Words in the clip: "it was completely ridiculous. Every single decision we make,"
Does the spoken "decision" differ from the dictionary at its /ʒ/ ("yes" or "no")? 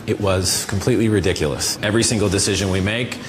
no